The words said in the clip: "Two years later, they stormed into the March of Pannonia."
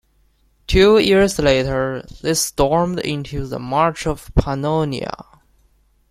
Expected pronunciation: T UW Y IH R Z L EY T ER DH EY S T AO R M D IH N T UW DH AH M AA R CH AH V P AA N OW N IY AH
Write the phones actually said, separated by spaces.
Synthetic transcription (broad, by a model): T UW Y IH R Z L EY T ER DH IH S T AO R M D IH N T UW DH AH M AA R CH AH V P AA N OW N IY AH